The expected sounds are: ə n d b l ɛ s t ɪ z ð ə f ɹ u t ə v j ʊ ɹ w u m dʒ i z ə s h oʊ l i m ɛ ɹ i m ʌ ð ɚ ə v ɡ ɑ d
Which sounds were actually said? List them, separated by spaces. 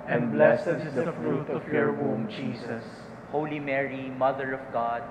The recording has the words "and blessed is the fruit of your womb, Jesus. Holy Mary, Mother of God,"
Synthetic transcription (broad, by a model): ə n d b l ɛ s ɪ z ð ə f ɹ u t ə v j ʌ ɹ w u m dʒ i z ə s h oʊ l i m ɛ ɹ i m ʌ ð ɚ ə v ɡ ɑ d